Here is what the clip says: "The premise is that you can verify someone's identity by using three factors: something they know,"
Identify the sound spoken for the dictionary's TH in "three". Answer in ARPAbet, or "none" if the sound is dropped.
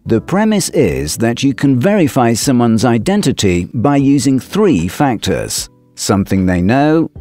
TH